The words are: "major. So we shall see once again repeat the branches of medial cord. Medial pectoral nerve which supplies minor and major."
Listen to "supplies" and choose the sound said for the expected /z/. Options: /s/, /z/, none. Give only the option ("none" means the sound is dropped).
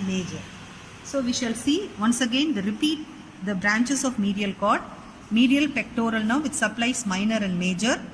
/s/